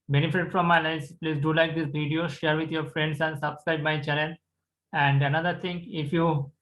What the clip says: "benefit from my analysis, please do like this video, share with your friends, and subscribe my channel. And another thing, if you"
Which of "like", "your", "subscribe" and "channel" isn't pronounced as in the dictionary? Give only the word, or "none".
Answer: channel